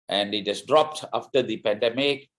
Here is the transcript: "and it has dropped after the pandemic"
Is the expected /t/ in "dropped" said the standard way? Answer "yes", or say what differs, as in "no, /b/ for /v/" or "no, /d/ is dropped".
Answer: yes